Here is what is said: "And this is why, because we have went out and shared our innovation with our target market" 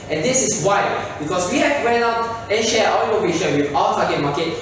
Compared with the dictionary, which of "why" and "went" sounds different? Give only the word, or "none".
went